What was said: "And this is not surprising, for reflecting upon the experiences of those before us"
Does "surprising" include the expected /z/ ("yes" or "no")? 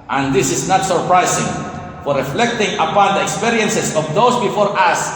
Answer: no